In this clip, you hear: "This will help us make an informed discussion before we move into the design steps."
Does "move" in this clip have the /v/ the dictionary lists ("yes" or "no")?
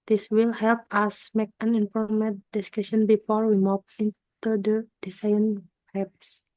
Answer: no